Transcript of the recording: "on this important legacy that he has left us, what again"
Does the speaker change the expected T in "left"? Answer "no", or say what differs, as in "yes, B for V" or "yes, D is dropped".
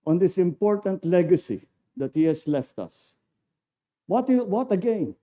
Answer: no